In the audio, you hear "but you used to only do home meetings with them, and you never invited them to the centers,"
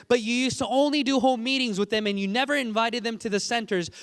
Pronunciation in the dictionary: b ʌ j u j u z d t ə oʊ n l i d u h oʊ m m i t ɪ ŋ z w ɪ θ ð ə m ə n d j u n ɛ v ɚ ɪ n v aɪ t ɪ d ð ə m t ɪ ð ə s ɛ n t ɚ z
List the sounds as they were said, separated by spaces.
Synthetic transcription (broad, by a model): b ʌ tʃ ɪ j u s t ə oʊ n l i d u h oʊ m m i t ɪ ŋ z w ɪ ð ə m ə n j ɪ n ɛ v ɚ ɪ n v aɪ t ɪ d ð ə m t ɪ ð ə s ɛ n t ɚ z